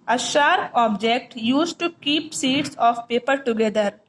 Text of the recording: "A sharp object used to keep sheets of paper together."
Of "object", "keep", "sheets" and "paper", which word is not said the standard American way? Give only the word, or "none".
sheets